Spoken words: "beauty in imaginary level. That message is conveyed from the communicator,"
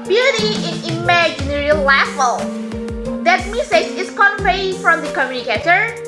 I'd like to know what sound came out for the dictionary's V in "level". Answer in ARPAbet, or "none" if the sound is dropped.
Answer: F